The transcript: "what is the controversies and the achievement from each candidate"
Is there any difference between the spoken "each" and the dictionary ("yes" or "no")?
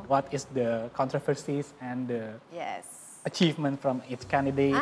yes